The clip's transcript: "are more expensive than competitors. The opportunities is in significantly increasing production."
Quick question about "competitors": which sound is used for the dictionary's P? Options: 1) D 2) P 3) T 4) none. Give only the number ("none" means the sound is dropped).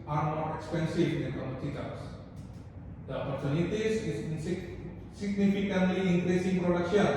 4